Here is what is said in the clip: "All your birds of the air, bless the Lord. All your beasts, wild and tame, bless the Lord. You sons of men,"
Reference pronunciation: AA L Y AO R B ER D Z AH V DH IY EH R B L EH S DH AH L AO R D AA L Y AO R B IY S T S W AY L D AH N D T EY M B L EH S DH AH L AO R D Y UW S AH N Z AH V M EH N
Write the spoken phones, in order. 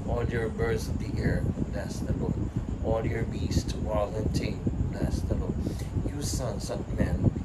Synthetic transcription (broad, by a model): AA L Y AO R B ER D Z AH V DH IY EH R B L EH S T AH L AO AA L Y AO R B IY S T W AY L AH N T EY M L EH S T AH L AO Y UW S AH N S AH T M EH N